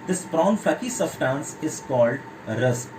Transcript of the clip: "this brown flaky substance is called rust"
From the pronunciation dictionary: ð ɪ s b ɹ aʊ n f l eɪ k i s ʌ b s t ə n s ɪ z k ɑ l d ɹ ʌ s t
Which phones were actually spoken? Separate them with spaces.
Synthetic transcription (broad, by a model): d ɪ s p ɹ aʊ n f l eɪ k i s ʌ s t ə n s ɪ z k ɑ l d ɹ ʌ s